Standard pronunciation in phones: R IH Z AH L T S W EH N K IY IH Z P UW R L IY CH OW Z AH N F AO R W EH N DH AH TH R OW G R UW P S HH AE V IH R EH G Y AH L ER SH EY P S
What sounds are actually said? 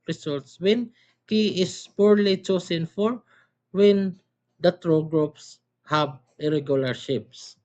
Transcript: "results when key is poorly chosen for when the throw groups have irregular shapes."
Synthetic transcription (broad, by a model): R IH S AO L T S W EH N K IY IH S P UW R L IY CH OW S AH N F AO R W EH N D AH T R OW G R UW P S HH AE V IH R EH G Y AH L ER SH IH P S